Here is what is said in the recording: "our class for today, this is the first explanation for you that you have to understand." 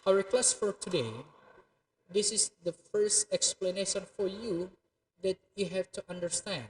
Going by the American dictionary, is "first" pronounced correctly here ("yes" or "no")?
yes